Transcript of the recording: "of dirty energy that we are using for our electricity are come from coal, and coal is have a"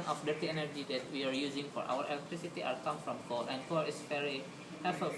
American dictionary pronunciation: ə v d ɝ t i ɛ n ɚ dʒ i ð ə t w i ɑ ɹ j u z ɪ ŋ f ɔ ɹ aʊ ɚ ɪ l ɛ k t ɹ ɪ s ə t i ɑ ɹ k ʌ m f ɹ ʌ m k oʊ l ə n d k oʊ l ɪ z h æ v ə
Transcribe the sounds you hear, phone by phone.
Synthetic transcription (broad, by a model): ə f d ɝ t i ɛ n ɚ dʒ i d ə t w i ɑ ɹ j u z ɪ ŋ f ɔ ɹ aʊ ɚ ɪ l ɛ k t ɹ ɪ s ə t i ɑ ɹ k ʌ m f ɹ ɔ m k oʊ l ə n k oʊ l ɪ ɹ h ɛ f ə